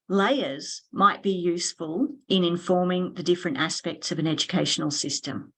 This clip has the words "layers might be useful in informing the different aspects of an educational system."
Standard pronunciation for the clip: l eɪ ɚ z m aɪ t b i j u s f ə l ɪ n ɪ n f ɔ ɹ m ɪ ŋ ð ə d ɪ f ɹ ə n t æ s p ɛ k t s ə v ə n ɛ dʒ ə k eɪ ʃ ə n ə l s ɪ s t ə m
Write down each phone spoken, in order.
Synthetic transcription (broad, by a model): l eɪ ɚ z m aɪ t b i j u s f ə l ɪ n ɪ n f ɔ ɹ m ɪ ŋ ð ə d ɪ f ɹ ə n t æ s p ɛ k t s ə v ə n ɛ dʒ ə k eɪ ʃ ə n l s ɪ s t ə m